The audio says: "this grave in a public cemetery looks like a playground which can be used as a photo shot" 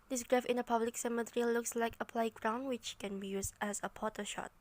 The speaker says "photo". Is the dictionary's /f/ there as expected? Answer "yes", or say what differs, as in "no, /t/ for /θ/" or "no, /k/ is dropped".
no, /p/ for /f/